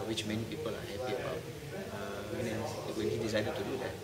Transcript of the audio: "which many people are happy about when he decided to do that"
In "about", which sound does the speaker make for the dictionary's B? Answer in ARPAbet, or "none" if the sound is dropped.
none